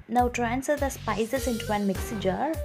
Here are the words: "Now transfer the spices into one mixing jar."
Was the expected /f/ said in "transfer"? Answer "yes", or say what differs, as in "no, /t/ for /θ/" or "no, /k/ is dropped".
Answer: no, /f/ is dropped